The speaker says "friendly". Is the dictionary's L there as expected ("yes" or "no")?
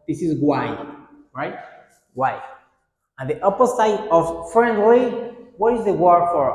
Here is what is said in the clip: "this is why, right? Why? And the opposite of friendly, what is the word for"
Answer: no